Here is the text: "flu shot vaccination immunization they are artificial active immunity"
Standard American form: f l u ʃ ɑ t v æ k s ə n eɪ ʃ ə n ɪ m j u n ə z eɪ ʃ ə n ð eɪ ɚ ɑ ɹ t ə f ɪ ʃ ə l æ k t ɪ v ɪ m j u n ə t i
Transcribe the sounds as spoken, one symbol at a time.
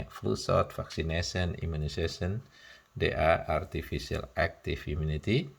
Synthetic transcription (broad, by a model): f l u s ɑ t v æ k s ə n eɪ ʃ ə n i m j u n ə s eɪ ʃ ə n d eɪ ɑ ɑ ɹ t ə f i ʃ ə l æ k t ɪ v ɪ m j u n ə t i